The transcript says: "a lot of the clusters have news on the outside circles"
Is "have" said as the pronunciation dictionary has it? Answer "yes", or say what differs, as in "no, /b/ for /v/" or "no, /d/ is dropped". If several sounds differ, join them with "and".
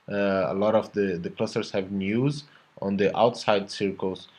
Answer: yes